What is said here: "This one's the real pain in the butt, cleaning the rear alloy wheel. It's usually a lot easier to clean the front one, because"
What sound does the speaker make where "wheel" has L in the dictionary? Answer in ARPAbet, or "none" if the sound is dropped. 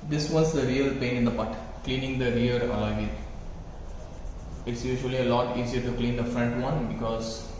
N